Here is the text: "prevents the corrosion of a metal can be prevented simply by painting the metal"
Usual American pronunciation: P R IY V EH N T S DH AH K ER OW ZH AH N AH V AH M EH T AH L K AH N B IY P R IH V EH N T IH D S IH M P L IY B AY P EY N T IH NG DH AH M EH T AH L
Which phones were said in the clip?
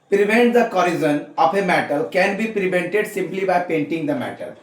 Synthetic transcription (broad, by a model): P R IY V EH N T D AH K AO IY Z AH N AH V AH M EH T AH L K AH N B IY P R IH V EH N T IH D S IH M P L IY B AY P EY N T IH NG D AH M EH T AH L